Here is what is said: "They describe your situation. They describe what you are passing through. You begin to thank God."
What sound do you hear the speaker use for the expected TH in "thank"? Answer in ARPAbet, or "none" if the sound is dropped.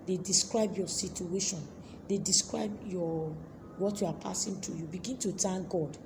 T